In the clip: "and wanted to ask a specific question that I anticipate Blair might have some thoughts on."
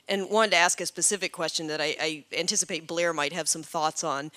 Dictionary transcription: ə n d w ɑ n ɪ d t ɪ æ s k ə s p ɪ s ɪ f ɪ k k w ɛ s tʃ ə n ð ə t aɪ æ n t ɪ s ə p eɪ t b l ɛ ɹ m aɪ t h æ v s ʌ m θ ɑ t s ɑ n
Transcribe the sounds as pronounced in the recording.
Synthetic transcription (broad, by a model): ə n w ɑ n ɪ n t ɪ æ s k ə s p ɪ s ɪ f ɪ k k w ɛ s tʃ ə n ð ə t aɪ æ n t ɪ s ə p eɪ t b l ɛ ɹ m aɪ t h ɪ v s ʌ m θ ɑ t s n